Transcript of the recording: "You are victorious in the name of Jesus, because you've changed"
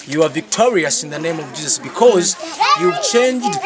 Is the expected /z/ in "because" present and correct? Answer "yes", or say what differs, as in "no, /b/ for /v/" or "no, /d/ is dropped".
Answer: yes